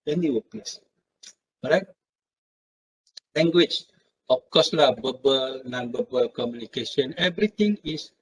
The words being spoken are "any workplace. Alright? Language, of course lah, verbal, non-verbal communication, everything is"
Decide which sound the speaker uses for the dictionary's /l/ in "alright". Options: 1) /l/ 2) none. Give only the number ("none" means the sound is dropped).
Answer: 2